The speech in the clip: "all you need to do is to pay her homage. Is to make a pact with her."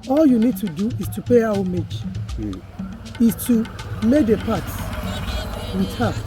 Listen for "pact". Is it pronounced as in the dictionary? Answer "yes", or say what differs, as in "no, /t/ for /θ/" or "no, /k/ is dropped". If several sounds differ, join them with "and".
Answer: no, /k/ is dropped